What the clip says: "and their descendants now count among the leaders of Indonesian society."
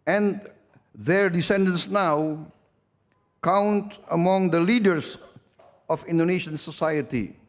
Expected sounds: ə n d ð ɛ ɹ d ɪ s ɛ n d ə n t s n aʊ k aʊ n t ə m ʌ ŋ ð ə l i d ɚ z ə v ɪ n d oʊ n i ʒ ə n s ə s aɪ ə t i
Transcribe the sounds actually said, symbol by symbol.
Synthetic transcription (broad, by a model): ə n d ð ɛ ɹ d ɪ s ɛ n d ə n s n aʊ k aʊ n t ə m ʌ ŋ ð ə l i d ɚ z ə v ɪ n d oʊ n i ʃ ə n s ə s aɪ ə t i